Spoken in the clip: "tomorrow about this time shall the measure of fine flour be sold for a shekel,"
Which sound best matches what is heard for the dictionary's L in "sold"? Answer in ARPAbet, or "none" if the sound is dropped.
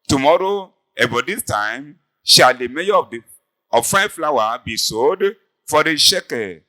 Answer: none